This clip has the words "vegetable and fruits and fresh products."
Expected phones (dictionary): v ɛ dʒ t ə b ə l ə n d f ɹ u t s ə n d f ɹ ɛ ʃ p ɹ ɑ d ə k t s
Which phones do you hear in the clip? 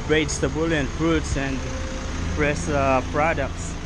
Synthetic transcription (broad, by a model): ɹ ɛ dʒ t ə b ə l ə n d f ɹ u t s ə n d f ɹ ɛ s p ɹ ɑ d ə k t s